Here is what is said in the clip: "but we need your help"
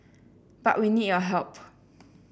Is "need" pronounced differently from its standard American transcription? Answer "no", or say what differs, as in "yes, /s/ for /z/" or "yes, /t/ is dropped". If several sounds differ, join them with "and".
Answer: no